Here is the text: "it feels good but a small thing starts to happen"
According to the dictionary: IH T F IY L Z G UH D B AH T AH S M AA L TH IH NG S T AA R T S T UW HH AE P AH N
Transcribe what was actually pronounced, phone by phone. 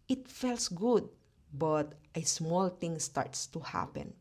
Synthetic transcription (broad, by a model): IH T F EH L S G UH D B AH T AH S M AA L T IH NG S T AA R T S T UW HH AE P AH N